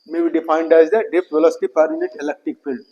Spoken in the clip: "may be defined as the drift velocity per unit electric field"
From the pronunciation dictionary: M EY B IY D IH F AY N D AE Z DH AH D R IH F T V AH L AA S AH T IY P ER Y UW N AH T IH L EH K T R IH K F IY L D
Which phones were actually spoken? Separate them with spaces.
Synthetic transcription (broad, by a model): M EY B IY D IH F AY N D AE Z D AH D IH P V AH L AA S T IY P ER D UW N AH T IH L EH K T R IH K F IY L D